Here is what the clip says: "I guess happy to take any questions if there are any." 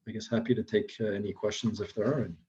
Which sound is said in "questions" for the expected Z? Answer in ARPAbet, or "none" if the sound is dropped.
Z